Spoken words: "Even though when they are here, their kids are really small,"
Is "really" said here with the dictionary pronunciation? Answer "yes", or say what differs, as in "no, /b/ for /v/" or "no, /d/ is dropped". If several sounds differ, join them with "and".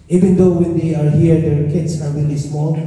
no, /w/ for /ɹ/